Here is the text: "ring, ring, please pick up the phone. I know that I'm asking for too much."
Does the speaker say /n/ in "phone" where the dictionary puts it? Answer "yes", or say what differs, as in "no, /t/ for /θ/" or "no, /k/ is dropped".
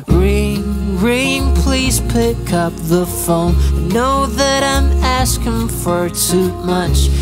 no, /n/ is dropped